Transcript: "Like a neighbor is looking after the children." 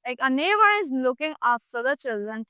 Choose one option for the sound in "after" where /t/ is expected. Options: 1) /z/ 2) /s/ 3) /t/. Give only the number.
2